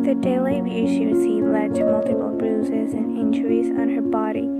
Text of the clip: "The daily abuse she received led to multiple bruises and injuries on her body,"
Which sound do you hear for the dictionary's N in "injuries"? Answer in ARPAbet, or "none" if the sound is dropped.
N